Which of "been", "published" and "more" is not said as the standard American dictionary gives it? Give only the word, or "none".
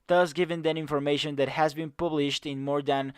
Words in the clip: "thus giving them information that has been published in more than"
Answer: none